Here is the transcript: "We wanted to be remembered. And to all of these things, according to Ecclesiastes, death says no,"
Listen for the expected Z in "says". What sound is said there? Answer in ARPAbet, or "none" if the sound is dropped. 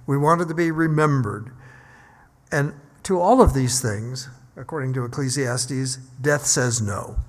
Z